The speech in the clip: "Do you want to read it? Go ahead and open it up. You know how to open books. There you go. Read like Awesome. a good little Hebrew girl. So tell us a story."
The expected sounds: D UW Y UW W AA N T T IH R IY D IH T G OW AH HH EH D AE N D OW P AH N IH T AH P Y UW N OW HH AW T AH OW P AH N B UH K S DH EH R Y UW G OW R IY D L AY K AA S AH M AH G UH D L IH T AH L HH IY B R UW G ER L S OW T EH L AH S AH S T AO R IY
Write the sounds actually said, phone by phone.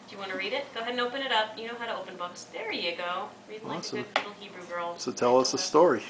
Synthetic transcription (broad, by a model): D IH Y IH W AA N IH R IY D IH T G OW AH HH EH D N OW P AH N IH T AH P Y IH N OW HH AW T AH OW P AH N B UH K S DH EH R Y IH G OW R IY D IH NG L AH AH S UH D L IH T L HH IY B R UW G ER L S OW T EH L AH S AH S T AO R IY